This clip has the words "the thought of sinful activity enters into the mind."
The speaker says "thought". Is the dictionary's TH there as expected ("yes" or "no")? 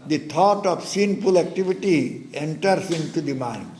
no